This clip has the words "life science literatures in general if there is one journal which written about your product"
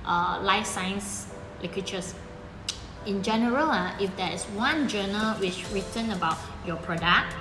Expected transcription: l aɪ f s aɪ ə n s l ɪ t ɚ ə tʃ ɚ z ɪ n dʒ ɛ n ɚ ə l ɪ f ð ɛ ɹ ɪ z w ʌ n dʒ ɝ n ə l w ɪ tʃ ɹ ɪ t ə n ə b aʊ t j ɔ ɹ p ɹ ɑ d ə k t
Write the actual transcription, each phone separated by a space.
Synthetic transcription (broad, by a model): l aɪ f s aɪ ə n s l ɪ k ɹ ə tʃ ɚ s ɪ n dʒ ɛ n ɚ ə l ɪ f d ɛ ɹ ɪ s w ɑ n dʒ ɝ n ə l w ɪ tʃ ɹ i t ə n ə b aʊ t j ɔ p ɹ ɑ d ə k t